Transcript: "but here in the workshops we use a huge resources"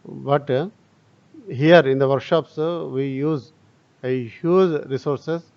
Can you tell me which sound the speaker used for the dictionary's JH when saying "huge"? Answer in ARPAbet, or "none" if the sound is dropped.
Z